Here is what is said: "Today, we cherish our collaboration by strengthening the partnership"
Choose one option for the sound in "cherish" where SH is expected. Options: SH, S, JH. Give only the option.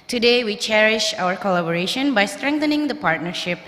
SH